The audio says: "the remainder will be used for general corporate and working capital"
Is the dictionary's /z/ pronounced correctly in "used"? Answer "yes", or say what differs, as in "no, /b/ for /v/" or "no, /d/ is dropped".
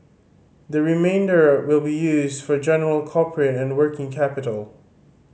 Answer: yes